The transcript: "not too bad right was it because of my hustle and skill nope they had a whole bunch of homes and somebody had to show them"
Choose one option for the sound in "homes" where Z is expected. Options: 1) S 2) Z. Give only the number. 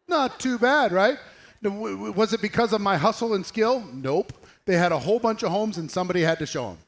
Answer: 2